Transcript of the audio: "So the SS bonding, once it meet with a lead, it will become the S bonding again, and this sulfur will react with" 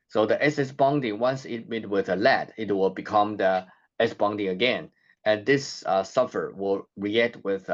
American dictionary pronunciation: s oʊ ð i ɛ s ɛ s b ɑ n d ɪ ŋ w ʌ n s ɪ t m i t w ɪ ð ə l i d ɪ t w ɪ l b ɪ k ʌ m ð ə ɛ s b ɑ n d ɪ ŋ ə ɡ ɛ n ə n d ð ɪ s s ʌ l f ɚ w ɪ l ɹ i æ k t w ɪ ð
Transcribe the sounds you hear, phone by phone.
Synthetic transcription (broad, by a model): s oʊ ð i ɛ s ɛ s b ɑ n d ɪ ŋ w ʌ n s ɪ t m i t w ɪ ð ə l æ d ɪ t w ɪ l b ɪ k ʌ m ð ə ɛ s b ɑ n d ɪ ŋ ə ɡ ɛ n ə n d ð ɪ s s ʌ f ɚ w ɪ l ɹ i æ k t w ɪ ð